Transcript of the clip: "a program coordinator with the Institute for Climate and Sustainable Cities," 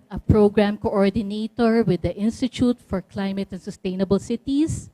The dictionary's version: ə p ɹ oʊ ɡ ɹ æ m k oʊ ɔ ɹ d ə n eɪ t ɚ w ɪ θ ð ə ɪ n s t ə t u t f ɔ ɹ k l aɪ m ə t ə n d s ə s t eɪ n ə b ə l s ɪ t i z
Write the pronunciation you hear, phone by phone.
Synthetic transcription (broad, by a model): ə p ɹ oʊ ɡ ɹ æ m k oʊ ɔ ɹ d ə n eɪ t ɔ w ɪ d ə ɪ n s t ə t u t f ɔ ɹ k l aɪ m ə t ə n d s ə s t eɪ n ə b ə l s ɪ t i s